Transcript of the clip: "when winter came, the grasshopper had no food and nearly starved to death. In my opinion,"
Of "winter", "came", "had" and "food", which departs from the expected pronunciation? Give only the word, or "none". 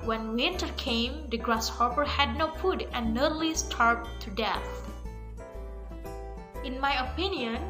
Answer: none